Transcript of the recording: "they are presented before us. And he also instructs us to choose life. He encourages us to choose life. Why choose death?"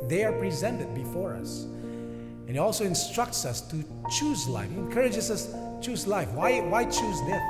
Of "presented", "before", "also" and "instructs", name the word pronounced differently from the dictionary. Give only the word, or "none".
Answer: none